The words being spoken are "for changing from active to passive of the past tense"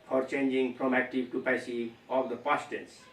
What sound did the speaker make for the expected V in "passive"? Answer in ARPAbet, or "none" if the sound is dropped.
none